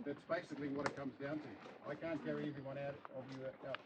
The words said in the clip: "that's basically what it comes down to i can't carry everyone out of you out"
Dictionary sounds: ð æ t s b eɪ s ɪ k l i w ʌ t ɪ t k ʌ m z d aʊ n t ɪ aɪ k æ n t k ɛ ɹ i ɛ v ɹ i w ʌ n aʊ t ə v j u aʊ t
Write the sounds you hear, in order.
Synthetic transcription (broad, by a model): ð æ t s b eɪ s ɪ k l i w ʌ t ɪ t k ʌ m z d aʊ n t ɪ aɪ k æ n k ɛ ɹ i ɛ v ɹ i w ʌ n aʊ t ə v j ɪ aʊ